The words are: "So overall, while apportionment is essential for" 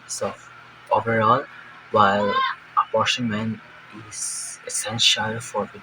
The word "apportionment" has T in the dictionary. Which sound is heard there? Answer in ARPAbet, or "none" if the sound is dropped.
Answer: none